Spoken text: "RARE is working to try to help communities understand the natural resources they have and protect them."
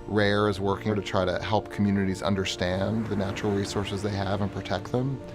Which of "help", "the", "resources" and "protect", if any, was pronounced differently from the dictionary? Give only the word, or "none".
none